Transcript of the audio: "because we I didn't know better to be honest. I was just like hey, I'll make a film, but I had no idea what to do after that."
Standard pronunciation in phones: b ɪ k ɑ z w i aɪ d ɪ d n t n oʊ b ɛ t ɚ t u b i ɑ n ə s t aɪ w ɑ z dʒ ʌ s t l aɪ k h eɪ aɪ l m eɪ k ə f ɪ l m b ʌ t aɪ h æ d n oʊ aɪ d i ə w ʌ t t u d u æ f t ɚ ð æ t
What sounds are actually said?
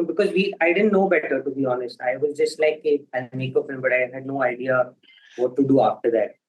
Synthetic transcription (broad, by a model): b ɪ k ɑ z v i aɪ d ɪ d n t n oʊ b ɛ t ɚ t u b i ɑ n ə s t aɪ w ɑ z dʒ ʌ s t l aɪ k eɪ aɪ n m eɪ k ə f ɪ l m b ʌ t aɪ h æ d n oʊ aɪ d i ə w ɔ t t u d u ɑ f t ɚ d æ t